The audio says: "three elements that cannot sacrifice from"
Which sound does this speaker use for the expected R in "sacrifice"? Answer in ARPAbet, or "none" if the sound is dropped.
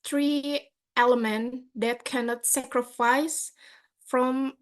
R